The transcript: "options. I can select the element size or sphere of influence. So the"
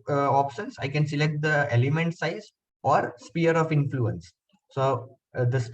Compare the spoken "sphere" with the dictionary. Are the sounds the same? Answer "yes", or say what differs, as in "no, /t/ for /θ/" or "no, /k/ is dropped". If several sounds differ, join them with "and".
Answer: no, /p/ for /f/